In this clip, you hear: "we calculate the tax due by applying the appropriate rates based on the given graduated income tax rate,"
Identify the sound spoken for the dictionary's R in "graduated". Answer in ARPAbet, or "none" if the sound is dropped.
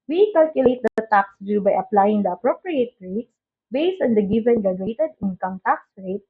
none